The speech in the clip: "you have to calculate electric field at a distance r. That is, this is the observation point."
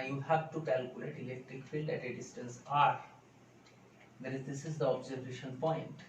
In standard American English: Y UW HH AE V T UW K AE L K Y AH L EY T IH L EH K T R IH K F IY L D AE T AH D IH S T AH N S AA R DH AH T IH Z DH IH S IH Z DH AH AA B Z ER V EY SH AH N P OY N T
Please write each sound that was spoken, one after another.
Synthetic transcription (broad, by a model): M HH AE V T UW K AE L K Y AH L EY T IH L EH K T R IH K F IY L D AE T AH D IH S T AH N S AA R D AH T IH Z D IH S IH Z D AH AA B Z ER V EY SH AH N P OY N T